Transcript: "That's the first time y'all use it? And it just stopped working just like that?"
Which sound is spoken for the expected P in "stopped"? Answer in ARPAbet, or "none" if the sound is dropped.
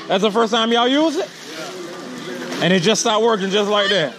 none